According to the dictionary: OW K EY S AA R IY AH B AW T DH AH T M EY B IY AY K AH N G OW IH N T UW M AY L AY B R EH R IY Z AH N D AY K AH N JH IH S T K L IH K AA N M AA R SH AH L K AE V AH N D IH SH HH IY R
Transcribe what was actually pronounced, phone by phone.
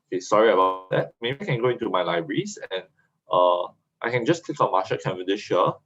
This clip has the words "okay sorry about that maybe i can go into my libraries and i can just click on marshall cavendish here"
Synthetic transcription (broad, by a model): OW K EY S AA R IY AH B AW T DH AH T M EY B IY AY K AH N G OW IH N T UW M AY L AY B R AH R IY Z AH N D AY K AH N JH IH S K L IH K AA N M AA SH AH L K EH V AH D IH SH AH